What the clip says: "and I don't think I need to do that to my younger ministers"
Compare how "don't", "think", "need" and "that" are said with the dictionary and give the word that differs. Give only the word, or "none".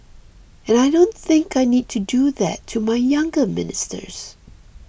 none